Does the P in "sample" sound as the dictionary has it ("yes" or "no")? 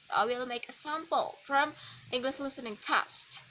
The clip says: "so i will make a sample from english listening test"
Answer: yes